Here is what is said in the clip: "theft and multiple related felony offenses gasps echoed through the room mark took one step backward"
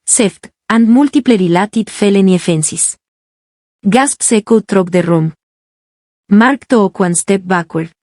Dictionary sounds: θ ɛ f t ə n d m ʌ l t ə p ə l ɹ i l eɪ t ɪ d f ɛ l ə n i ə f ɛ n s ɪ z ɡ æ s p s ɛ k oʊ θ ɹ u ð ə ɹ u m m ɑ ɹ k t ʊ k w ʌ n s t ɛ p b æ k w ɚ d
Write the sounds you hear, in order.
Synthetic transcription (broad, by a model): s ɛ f t ə n d m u l t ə p l ɹ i l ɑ t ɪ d f ɛ l ə n i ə f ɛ n s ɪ s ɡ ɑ s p s ɛ k oʊ t ɹ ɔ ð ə ɹ u m m ɑ ɹ k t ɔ k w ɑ n s t ɛ p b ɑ k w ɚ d